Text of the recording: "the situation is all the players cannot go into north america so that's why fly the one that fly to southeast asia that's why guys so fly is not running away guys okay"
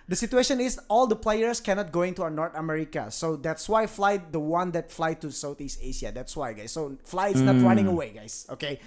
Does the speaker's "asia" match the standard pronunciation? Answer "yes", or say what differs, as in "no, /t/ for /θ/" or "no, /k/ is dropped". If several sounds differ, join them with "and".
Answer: no, /ʃ/ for /ʒ/